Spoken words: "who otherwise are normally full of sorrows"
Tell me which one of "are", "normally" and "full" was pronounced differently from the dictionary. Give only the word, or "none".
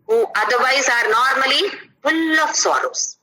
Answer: full